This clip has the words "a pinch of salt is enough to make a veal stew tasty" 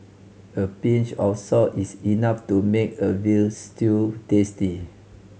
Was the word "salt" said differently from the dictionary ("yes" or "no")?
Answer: yes